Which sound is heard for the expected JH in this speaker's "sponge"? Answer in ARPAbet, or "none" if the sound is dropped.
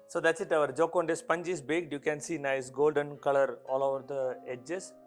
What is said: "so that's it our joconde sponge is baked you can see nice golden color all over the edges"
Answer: JH